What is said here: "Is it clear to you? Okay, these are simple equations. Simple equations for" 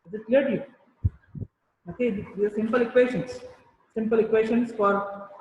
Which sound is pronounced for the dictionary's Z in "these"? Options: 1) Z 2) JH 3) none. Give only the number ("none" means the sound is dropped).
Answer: 3